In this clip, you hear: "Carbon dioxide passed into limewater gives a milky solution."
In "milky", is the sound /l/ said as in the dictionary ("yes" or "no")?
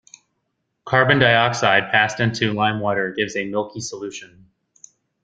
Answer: yes